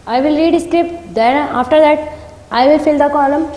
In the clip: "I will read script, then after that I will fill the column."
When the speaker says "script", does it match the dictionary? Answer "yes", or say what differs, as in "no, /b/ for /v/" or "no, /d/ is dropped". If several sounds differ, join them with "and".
yes